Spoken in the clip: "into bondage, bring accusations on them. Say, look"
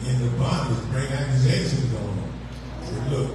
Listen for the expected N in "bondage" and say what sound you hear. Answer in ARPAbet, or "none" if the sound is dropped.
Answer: none